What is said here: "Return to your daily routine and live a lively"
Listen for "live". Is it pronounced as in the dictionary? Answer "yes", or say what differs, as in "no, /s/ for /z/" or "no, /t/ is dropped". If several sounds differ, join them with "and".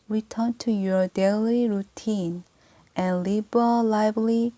no, /b/ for /v/